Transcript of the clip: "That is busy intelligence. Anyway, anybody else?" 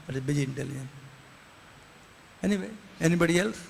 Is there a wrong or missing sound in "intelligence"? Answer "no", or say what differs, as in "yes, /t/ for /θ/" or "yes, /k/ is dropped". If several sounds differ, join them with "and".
yes, /s/ is dropped